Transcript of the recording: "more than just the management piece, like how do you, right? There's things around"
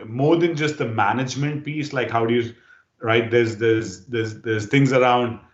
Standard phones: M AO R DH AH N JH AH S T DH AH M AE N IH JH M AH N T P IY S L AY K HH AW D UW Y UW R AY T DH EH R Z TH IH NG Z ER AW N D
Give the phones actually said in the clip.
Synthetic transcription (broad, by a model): M AO R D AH N JH AH S T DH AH M AE N IH JH M AH N T P IY S L AY K HH AW D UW Y UW R AY T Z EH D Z T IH NG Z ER AW N D